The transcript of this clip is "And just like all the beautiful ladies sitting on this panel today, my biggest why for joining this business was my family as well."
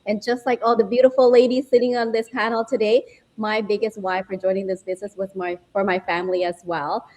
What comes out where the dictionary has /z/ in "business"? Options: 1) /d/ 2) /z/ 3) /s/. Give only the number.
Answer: 2